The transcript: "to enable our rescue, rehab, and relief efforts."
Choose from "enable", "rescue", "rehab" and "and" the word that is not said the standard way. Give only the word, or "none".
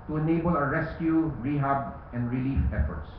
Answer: none